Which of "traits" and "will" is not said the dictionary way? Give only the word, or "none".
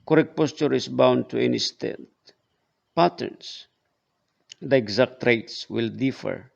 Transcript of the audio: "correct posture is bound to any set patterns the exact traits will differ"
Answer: none